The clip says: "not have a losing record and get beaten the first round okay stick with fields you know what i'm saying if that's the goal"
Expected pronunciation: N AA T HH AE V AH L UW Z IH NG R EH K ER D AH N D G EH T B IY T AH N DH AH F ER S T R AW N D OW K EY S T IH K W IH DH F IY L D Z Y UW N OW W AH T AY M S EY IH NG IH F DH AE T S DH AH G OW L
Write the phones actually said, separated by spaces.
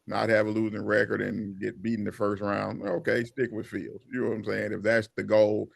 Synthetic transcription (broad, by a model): N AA T HH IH V AH L UW Z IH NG R EH K ER D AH N G EH T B IY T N DH AH F ER S T R AW N D OW K EY S T IH K W IH DH F IY L D Z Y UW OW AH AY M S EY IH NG IH F DH AE T S DH AH G OW L